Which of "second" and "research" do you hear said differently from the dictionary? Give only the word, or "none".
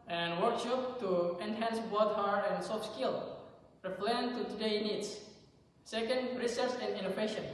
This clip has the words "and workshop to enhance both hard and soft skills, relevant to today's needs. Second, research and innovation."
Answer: research